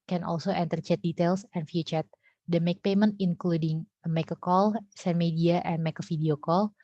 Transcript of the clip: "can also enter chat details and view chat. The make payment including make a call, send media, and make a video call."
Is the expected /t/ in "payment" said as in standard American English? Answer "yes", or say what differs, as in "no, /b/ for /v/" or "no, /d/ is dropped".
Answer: yes